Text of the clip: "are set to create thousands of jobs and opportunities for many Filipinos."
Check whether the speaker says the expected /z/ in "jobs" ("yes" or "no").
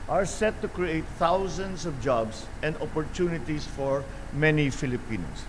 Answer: no